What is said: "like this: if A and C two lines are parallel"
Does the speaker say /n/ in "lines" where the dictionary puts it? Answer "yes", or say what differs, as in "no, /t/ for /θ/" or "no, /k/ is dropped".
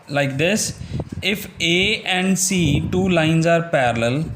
yes